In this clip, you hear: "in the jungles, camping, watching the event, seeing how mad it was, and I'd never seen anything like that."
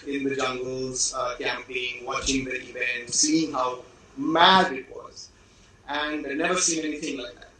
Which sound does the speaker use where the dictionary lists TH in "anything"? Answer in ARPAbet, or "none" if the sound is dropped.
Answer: TH